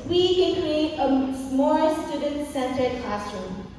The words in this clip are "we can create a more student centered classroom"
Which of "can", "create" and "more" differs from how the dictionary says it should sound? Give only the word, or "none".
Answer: more